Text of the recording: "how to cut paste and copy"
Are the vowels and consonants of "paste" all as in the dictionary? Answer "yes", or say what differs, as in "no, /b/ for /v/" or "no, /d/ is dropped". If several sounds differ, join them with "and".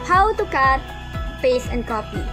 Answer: no, /t/ is dropped